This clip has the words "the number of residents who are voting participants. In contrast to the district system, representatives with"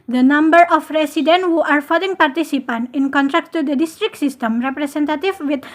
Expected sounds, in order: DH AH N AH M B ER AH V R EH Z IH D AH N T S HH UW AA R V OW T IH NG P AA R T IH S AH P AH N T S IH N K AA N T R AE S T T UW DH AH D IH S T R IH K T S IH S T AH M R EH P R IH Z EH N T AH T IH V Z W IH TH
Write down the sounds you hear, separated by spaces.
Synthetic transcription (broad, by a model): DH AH N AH M B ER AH F R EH S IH D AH N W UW AA R F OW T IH NG P AA R T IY S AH P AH N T IH N K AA N T R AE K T T UW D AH D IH S T R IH K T S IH S T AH M R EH P R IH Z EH N T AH T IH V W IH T